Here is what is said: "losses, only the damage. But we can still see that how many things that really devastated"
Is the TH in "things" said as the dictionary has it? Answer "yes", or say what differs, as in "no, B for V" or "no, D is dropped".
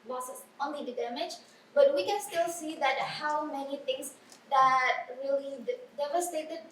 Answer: no, T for TH